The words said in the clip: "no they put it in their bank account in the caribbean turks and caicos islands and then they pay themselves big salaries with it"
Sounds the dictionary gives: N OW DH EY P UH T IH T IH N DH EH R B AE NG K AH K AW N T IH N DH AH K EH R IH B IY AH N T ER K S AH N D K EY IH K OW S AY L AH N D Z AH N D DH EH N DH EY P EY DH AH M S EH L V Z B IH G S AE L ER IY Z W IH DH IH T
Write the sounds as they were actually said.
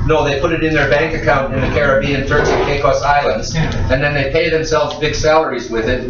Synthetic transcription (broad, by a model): N OW DH EY P UH T IH T IH N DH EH R B AE NG K AH K AW N T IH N DH AH K EH R IH B IY AH N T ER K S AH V K EY IH K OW S AY L AH N D Z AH N DH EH N DH EY P EY DH AH M S EH L V Z B IH G S AE L ER IY Z W IH DH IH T